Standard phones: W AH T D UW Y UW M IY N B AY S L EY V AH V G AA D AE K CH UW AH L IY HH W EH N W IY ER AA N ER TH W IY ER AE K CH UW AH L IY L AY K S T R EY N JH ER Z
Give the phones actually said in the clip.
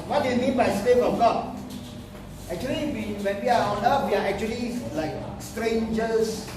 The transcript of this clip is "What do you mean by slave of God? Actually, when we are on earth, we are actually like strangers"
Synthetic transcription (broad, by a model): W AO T D UW Y UW M IY N B AY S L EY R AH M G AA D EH K CH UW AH L IY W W EH N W IY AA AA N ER F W IY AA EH K CH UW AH L IY L AY K S T R EY N JH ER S